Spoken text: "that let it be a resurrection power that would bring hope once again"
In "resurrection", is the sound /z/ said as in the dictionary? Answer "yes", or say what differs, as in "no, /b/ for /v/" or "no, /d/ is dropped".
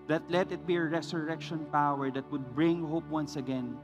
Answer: no, /s/ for /z/